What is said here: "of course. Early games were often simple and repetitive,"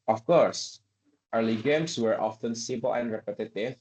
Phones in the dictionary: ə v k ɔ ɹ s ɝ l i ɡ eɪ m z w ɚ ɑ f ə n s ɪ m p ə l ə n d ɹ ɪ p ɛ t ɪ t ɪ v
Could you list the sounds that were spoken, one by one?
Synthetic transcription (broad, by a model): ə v k ɔ ɹ s ɝ l i ɡ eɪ m s w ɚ ɑ f ə n s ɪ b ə l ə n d ɹ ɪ p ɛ t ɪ t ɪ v